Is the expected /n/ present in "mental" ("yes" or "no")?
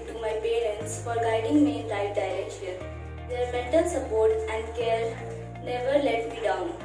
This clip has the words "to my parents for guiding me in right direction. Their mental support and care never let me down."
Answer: no